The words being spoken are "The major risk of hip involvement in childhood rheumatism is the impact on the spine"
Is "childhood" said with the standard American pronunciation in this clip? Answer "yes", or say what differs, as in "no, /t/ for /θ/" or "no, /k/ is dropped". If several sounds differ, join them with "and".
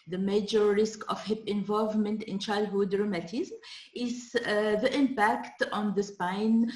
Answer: yes